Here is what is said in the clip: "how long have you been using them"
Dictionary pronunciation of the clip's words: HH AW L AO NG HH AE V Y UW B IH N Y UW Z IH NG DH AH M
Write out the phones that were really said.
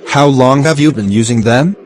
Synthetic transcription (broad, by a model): HH AW L AO NG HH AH V Y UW B IH N Y UW Z IH NG DH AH M